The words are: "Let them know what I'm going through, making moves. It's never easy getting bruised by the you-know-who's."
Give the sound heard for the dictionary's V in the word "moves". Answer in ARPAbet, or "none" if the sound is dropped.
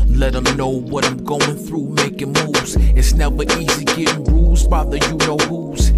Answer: none